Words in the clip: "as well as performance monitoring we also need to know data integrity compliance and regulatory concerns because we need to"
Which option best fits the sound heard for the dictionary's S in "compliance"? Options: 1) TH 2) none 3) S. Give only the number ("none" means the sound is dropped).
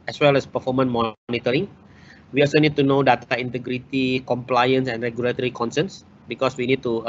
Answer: 3